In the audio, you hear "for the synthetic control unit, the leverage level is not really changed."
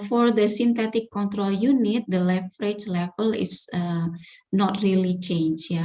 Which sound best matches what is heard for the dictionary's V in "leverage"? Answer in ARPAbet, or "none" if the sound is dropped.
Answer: F